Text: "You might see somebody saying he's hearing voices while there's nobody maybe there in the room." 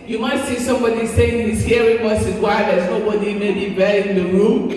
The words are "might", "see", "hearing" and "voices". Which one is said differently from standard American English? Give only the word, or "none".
voices